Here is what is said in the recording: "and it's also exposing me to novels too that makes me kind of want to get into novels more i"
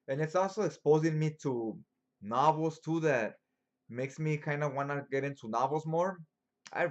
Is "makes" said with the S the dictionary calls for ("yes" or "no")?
yes